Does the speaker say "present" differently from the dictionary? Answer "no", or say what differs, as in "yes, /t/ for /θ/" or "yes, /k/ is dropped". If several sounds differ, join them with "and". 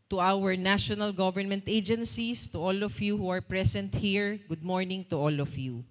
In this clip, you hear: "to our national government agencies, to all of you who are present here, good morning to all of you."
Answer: yes, /s/ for /z/